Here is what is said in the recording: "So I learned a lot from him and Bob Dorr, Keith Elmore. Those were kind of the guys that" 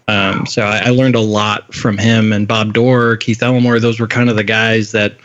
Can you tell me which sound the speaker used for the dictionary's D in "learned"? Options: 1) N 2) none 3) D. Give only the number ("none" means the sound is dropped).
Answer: 3